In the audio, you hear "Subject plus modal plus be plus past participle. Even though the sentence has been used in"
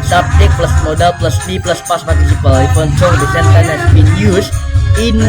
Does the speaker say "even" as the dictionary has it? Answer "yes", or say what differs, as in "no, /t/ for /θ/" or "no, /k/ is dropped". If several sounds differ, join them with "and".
no, /f/ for /v/